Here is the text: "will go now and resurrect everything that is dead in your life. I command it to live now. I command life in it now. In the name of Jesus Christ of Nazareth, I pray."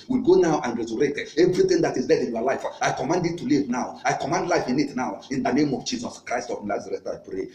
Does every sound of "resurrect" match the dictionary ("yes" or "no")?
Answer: no